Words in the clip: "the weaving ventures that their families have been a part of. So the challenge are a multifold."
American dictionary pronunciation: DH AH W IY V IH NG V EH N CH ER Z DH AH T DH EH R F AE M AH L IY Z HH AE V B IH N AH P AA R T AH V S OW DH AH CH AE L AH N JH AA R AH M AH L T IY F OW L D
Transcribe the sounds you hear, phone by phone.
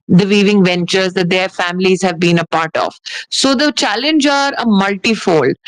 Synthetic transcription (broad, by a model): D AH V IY V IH NG V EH N CH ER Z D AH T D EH R F AE M AH L IY Z HH AE V B IH N AH P AA R T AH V S OW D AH CH AE L AH N JH AA R AH M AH L T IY F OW L D